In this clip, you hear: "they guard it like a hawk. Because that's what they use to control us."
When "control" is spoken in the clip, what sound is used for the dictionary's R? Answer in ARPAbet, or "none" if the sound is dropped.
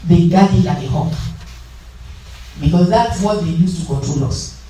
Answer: none